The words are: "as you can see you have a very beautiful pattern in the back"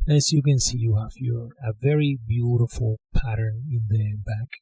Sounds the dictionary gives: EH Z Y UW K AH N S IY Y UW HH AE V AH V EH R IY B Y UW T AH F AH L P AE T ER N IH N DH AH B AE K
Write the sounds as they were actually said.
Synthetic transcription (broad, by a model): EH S Y UW K AH N S IY Y UW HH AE F AH V EH R IY B Y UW T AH F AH L P AE T ER N IH N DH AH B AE K